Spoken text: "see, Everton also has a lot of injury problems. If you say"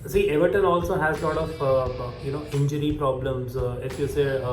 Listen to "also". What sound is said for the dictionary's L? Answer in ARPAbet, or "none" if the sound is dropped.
L